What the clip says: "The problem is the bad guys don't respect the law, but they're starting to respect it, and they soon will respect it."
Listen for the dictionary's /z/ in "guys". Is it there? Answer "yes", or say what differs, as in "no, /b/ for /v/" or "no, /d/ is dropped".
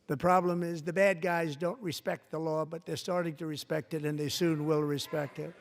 yes